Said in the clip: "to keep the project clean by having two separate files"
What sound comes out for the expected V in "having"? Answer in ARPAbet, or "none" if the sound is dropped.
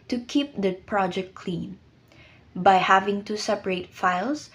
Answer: V